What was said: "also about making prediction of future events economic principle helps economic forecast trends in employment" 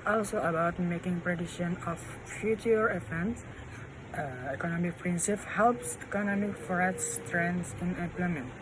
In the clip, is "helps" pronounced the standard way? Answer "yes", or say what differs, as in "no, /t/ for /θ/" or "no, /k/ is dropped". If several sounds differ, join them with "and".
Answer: yes